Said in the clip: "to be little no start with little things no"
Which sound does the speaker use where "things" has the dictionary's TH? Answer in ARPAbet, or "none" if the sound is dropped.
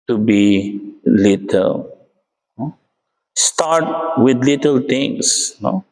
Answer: T